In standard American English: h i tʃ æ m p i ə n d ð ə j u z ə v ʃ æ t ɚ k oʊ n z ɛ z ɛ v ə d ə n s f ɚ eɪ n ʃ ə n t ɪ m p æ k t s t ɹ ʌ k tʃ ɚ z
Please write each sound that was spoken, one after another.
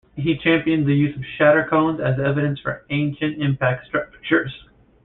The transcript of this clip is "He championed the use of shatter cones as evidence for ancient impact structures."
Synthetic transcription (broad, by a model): h i tʃ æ m p i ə n ð ə j u z ə v ʃ æ t ɚ k oʊ n z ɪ z ɛ v ə d ə n s f ɚ eɪ n ʃ ə n t ɪ m p æ k t s t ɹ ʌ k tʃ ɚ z